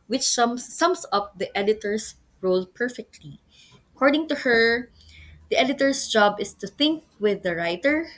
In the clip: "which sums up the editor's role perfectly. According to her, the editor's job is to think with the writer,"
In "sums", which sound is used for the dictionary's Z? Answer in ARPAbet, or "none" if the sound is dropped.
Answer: S